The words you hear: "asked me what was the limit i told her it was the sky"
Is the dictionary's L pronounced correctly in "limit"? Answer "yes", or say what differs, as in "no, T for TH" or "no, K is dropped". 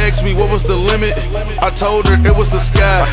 yes